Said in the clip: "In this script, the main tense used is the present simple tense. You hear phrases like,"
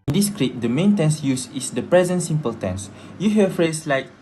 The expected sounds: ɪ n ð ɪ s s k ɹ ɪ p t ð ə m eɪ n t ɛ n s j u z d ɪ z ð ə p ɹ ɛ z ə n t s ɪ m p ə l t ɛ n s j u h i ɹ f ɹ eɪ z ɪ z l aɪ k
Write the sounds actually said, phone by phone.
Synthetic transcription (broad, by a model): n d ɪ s s k ɹ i t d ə m eɪ n t ɛ n s j u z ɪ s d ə p ɹ ɛ z ə n t s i m p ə l t ɛ n s j u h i f ɹ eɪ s l aɪ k